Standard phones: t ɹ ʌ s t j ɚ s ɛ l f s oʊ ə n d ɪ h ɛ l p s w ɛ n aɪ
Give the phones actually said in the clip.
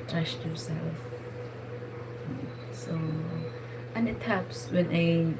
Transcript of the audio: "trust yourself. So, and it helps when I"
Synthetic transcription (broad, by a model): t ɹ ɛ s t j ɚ s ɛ l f s oʊ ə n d ɪ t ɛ p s w ɛ n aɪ